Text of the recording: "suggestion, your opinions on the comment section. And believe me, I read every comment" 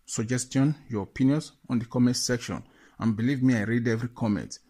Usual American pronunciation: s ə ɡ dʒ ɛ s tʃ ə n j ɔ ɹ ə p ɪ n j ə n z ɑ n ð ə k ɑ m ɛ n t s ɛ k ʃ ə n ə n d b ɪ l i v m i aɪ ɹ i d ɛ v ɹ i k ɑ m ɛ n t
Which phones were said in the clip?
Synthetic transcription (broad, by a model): s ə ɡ dʒ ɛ s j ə n j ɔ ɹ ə p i n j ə n s ɑ n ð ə k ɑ m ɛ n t s ɛ k ʃ ə n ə n b ɪ l i v m i aɪ ɹ i d ɛ v ɹ i k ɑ m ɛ n t